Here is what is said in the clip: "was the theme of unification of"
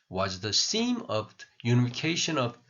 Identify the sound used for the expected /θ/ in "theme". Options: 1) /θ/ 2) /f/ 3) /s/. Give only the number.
3